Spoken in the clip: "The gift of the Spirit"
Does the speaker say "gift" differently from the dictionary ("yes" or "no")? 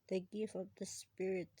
yes